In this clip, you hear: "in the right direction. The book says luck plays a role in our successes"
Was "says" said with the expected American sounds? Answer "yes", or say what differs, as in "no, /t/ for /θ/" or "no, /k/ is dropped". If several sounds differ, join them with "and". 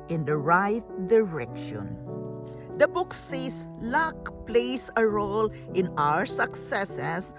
no, /s/ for /z/